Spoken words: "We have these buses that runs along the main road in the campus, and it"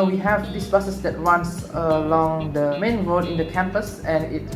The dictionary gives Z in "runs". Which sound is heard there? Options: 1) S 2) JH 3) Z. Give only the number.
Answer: 1